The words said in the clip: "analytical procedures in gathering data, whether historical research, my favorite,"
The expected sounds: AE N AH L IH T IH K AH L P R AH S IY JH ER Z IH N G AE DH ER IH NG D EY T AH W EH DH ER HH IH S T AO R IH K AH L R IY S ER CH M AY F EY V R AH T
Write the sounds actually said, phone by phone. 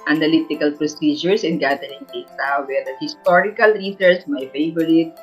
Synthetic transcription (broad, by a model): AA N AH L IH T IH K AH L P R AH S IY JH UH S IH N G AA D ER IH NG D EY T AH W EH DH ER HH IH S T AO R IH K AH L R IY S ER S M AY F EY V R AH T